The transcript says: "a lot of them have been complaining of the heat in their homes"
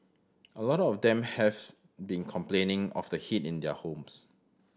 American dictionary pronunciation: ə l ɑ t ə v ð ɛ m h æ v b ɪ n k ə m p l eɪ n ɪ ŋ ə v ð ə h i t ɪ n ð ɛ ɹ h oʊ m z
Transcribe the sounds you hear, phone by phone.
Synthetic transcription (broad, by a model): ə l ɑ t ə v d ɛ m h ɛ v b ɪ n k ə m p l eɪ n ɪ ŋ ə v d ə h i t ɪ n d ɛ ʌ h oʊ m s